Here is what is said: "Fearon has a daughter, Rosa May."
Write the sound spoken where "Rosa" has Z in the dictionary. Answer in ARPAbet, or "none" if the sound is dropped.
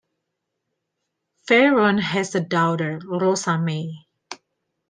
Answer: S